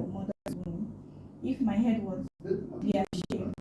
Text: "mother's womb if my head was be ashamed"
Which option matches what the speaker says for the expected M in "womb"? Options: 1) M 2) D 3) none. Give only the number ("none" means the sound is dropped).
3